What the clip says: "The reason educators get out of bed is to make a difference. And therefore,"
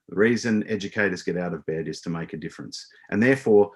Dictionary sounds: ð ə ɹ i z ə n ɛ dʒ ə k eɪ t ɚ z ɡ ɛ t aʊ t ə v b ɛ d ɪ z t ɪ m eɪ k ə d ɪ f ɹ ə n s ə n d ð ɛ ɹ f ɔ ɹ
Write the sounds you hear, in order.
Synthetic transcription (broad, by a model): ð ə ɹ i z ə n ɛ dʒ ə k eɪ t ɚ z ɡ ɛ t aʊ t ə v b ɛ d ɪ z t ɪ m eɪ k ə d ɪ f ɹ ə n s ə n ð ɛ ɹ f ɔ ɹ